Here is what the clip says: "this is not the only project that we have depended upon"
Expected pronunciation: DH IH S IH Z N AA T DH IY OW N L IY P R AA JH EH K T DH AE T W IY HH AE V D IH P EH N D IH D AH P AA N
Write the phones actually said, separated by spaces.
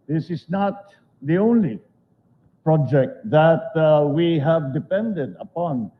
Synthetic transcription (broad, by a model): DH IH S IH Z N AA T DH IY OW N L IY P R AA JH EH K T DH AE T W IY HH AE V D IH P EH N D IH D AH P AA N